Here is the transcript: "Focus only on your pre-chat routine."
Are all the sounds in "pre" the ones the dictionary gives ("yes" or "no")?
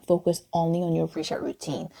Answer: no